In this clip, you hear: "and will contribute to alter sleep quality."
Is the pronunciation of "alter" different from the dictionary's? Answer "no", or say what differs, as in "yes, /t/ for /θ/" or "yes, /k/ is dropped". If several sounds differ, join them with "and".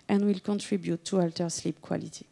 no